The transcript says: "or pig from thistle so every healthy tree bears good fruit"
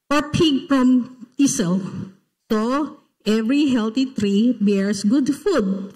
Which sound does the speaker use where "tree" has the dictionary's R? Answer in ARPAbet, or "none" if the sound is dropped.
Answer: R